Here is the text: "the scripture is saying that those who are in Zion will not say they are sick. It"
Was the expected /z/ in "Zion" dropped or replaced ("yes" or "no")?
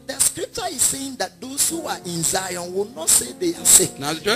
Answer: no